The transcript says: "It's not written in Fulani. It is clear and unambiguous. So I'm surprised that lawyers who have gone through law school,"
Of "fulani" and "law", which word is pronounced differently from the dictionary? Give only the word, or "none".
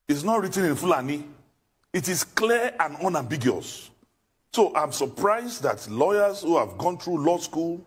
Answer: none